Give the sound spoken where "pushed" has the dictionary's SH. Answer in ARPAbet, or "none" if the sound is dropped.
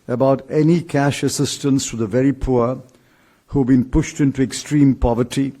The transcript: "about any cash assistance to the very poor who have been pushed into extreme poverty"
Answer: SH